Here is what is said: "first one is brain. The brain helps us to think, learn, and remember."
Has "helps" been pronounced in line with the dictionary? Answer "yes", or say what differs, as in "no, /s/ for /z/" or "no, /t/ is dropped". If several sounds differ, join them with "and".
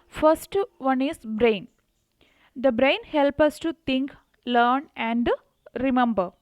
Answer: no, /s/ is dropped